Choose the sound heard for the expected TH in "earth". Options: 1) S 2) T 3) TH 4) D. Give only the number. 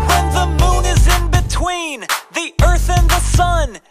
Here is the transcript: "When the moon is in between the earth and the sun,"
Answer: 3